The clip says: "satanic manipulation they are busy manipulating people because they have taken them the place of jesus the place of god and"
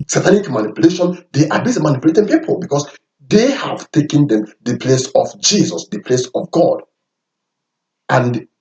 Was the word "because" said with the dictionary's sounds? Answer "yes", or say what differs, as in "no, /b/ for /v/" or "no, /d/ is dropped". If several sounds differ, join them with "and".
no, /s/ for /z/